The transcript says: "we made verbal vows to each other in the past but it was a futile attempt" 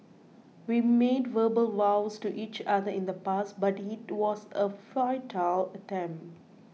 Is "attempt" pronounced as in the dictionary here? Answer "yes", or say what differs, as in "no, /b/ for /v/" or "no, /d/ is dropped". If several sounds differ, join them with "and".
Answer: yes